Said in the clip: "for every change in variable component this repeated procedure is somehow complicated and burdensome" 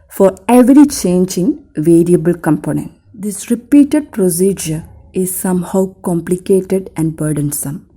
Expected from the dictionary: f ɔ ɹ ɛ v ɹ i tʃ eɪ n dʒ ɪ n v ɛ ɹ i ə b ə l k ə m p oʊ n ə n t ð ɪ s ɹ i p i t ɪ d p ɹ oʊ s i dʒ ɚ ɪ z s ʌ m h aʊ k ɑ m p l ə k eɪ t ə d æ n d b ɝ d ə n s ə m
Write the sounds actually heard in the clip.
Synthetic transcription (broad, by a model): f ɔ ɹ ɛ v ɹ i tʃ eɪ n dʒ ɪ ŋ v ɛ ɹ i ə b ə l k ə m p oʊ n ə n t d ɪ s ɹ i p i t ɪ d p ɹ oʊ s i dʒ ɚ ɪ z s ʌ m h aʊ k ɑ m p l ə k eɪ t ə d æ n d b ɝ d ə n s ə m